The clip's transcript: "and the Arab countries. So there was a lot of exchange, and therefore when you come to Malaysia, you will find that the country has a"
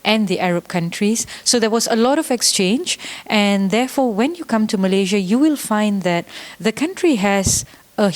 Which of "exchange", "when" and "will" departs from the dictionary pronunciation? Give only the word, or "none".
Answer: none